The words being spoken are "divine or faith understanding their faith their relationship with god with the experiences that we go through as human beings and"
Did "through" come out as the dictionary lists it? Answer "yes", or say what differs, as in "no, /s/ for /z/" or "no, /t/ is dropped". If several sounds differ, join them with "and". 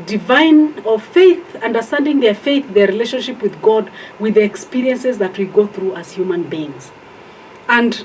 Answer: yes